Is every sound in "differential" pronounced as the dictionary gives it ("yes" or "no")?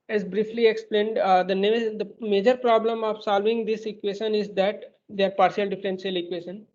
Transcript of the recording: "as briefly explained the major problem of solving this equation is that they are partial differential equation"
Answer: no